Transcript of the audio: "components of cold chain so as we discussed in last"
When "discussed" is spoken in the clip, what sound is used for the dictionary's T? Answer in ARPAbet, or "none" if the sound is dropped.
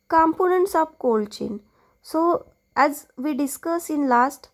none